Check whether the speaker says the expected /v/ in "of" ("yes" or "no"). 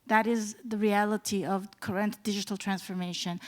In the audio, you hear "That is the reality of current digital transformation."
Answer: yes